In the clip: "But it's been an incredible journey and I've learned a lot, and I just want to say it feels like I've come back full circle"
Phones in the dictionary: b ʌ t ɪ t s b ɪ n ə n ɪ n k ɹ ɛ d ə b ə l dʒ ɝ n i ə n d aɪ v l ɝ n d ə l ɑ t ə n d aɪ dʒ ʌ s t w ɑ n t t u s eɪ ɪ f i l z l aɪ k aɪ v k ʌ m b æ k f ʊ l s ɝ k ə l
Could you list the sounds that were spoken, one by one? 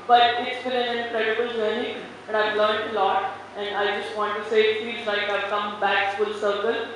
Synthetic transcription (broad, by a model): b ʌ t ɪ t s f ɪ l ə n ɪ n k ɹ ɛ d ə b ə l dʒ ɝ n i ə n d aɪ v l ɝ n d ə l ɑ t ə n d aɪ dʒ ʌ s t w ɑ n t t u s eɪ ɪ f i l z l aɪ k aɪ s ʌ m b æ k f ʊ l s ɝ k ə l